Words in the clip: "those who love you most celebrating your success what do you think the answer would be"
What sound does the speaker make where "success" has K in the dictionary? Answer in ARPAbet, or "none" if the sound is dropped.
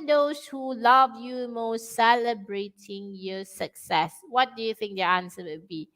K